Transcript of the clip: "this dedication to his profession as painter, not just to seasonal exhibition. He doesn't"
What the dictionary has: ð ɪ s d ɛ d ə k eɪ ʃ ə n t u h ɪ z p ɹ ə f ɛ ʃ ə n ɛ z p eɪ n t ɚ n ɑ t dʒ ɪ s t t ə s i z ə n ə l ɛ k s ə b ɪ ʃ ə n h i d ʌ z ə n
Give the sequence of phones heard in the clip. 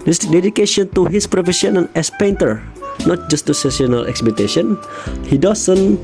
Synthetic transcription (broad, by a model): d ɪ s d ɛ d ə k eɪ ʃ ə n t u h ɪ s p ɹ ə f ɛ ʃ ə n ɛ s p eɪ n t ɚ n ɑ t dʒ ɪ s t s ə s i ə n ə l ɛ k s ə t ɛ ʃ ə n h i d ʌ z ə n